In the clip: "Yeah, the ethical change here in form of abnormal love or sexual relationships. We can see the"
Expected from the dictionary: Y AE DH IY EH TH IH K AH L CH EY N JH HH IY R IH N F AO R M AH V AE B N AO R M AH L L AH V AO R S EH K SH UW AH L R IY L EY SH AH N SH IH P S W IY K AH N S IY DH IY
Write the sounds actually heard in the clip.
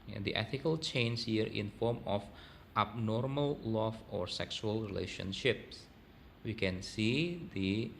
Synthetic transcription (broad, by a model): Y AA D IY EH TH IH K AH L CH EY N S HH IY R IH N F AO R M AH F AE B N AO R M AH L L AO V AO R S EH K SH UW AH L R IY L EY SH AH N SH IH P S W IY K AH N S IY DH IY